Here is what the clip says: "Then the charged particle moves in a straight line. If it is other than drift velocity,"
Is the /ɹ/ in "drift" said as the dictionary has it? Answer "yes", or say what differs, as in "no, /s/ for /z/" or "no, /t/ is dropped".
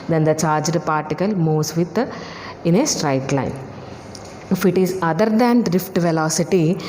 yes